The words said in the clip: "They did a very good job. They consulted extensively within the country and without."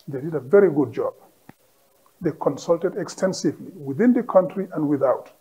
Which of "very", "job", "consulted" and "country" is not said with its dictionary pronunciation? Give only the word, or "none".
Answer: none